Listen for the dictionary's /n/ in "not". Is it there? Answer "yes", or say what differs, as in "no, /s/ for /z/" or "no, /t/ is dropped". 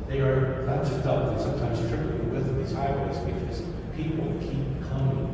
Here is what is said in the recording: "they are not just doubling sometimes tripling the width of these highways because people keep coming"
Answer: no, /l/ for /n/